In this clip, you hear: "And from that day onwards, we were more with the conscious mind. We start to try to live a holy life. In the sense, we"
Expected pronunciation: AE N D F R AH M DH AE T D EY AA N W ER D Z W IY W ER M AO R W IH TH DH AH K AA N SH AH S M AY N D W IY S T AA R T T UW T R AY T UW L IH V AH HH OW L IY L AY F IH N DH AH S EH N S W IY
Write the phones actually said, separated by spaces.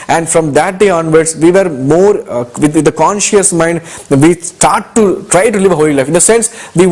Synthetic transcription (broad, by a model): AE N D F R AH M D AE T D EY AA N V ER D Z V IY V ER M AO R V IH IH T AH K AA N SH AH S M AY N D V IY S T AA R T T UW T R AY T UW L IH V AH HH OW L IY L AY F IH N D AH S EH N S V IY